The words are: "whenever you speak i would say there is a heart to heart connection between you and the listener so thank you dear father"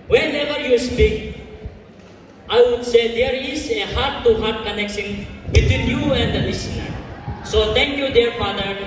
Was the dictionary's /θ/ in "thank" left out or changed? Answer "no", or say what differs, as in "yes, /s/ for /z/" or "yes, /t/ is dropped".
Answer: yes, /t/ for /θ/